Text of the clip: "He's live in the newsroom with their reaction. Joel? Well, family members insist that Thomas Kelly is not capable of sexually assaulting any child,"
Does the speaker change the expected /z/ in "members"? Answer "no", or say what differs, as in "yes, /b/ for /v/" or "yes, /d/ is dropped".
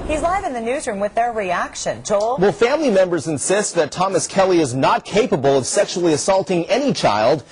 no